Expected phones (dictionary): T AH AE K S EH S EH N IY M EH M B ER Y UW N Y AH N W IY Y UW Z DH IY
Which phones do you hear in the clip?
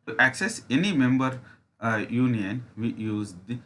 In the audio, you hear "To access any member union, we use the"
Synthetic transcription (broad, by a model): T AE K S EH S EH N IY M EH M B ER Y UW N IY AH N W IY Y UW Z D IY